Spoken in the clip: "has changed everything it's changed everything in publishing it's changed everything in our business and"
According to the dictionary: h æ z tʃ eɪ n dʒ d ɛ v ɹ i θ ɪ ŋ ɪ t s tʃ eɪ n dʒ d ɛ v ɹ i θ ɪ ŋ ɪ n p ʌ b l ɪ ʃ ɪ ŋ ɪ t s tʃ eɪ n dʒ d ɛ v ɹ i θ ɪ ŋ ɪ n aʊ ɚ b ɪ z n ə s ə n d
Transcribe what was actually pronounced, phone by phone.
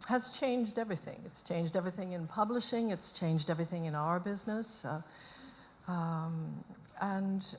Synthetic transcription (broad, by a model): h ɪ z tʃ eɪ n dʒ d ɛ v ɹ i θ ɪ ŋ ɪ t s tʃ eɪ n dʒ d ɛ v ɹ i θ ɪ ŋ ɪ n p ʌ b l ɪ ʃ ɪ ŋ ɪ t s tʃ eɪ n dʒ d ɛ v ɹ i θ ɪ ŋ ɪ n aʊ ɚ b ɪ z n ə s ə n